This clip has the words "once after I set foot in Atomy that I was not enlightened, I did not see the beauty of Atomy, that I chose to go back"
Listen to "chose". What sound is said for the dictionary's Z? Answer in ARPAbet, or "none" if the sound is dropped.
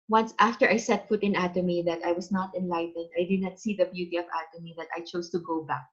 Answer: S